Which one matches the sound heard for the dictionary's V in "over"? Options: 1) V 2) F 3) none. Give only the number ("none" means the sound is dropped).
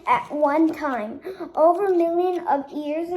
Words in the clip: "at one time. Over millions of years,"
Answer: 1